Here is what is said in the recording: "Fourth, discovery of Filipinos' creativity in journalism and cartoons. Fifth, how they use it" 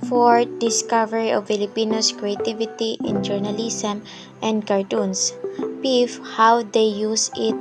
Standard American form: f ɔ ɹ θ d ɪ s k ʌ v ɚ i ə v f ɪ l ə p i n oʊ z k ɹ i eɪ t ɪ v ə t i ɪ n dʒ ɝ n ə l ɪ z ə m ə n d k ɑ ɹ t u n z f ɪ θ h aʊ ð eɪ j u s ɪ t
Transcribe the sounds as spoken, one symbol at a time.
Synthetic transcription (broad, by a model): f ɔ ɹ d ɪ s k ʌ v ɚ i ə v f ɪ l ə p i n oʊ s k ɹ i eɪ t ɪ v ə t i ɪ n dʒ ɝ n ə l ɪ s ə m ə n d k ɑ ɹ t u n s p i f h aʊ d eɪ j u s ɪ t